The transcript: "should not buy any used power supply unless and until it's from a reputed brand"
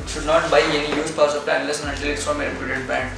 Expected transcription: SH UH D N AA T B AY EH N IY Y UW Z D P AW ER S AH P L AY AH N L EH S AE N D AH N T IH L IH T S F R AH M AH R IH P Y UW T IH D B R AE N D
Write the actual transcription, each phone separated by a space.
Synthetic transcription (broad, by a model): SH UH D N AA T B AY EH N IY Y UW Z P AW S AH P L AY AH N L EH S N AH T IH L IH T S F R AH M AH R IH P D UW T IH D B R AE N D